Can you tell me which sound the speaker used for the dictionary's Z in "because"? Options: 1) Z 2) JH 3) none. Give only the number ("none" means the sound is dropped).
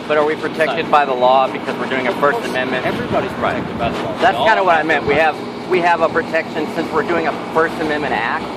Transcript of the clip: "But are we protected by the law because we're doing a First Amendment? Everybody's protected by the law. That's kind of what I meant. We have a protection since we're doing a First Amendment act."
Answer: 1